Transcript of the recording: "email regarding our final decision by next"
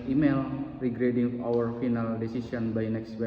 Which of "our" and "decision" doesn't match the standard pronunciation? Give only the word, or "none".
decision